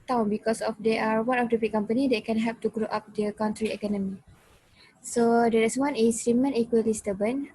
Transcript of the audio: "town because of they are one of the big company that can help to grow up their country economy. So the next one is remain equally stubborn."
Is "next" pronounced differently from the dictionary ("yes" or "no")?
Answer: yes